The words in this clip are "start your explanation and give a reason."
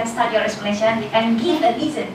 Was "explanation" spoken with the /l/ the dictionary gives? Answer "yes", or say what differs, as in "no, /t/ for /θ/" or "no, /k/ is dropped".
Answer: no, /l/ is dropped